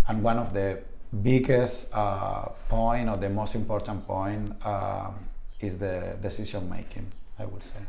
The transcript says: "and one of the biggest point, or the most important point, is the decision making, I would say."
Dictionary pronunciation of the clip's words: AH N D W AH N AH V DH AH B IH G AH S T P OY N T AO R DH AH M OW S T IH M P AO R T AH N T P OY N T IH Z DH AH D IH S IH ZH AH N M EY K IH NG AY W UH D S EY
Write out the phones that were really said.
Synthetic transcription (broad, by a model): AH N W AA N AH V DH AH B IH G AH S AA P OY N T AO R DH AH M OW S T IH M P AO R T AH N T P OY N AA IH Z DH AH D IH S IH S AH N M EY K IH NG AY W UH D S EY